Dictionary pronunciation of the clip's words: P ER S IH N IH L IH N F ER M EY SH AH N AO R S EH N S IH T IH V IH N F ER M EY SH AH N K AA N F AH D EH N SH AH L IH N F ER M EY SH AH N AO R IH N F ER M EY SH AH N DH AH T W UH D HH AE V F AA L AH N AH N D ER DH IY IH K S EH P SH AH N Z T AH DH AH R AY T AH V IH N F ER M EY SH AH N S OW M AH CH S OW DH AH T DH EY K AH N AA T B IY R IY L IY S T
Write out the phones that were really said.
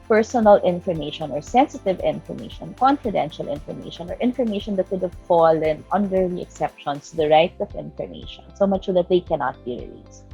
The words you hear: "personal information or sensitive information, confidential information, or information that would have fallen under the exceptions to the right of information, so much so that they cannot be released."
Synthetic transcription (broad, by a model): P ER S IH N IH L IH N F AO M EY SH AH N AO R S EH N S IH T IH V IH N F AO M EY SH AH N K AA N F AH D EH N SH AH L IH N F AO M EY SH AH N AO R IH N F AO M EY SH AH N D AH T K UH D HH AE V F AA L AH N AH N D ER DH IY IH K S EH P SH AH N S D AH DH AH R AY T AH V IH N F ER M EY SH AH N S OW M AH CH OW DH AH T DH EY K AH N AA T B IY R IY L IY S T